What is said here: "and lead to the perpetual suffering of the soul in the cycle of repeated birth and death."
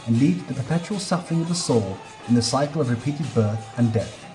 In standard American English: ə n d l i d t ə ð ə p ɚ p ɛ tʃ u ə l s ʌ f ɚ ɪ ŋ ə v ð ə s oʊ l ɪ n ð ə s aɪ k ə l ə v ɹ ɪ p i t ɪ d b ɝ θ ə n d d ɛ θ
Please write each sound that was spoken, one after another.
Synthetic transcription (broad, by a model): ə n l i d ð ə p ɚ p ɛ tʃ u ə l s ʌ f ɚ ɪ ŋ ə v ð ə s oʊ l ɪ n ð ə s aɪ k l ə v ɹ ɪ p i t ɪ d b ɝ θ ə n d d ɛ θ